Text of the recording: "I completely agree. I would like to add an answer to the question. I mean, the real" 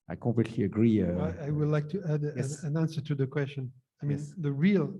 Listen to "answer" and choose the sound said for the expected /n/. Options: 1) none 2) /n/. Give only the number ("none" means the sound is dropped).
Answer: 2